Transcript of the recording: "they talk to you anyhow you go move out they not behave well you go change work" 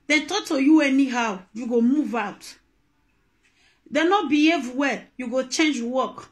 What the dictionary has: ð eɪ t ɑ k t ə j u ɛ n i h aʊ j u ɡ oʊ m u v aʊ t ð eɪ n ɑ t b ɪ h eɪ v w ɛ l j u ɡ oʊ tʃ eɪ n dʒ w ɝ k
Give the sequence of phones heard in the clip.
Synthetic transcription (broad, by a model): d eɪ t ɑ k t ə j u ɛ n i h aʊ j u ɡ oʊ m u v aʊ t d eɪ n ɑ t b ɪ h eɪ v w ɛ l j u ɡ oʊ tʃ eɪ n dʒ w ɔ k